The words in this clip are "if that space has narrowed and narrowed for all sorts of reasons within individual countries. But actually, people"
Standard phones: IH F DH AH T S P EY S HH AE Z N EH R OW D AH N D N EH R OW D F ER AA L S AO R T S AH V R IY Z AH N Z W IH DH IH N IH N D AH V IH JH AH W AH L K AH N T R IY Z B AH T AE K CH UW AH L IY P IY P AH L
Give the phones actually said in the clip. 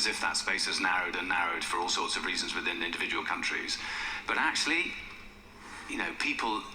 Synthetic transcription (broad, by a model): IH F DH AH T S P EY S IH Z N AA R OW D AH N N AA R OW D F ER AA L S AO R T S AH V R IY Z AH N Z W IH DH IH N IH N D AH V IH JH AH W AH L K AH N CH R IY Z B AH T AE K CH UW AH N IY P IY P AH L